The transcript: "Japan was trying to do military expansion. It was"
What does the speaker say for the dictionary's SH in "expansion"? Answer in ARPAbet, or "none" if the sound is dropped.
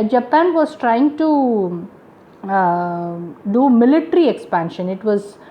SH